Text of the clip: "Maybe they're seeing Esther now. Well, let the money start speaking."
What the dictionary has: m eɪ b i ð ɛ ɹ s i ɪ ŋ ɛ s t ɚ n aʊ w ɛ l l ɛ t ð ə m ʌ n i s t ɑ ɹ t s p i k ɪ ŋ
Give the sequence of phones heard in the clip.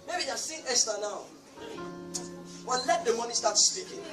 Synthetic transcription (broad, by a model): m eɪ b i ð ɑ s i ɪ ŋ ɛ s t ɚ n aʊ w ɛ n l ɛ t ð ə m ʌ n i s t ɑ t s p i k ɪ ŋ